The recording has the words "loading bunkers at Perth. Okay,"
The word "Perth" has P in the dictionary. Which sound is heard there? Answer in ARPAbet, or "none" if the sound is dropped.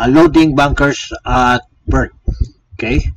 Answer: B